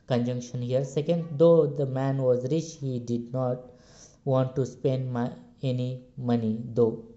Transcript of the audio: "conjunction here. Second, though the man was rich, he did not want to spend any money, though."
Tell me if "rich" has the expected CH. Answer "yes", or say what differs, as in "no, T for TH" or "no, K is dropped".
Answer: yes